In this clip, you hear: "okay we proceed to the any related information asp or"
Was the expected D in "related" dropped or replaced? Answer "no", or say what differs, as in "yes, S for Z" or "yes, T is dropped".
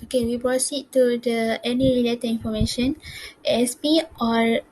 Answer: yes, D is dropped